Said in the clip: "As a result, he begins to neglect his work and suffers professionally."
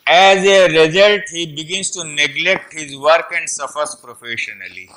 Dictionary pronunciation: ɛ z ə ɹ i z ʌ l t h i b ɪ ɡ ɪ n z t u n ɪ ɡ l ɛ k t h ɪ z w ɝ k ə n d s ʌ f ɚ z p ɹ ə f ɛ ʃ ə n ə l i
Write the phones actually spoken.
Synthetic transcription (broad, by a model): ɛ z ə ɹ i z ʌ l t h i b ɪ ɡ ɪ n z t u n ɪ ɡ l ɛ k t h ɪ z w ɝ k ə n d s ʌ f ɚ s p ɹ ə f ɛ ʃ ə n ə l i